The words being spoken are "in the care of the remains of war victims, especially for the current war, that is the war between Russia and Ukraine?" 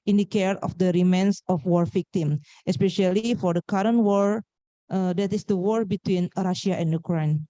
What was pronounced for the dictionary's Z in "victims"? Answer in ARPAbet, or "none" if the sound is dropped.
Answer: none